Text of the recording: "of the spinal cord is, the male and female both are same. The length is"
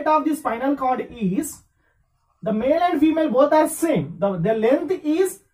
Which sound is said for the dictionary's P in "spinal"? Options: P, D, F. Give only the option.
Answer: F